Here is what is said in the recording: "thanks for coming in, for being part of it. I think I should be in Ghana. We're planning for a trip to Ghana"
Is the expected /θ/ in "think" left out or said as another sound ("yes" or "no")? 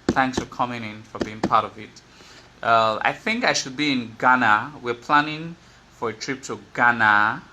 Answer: no